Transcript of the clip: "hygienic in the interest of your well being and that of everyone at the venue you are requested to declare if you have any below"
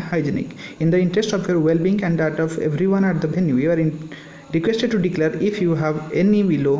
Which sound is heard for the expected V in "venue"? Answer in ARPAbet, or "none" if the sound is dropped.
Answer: B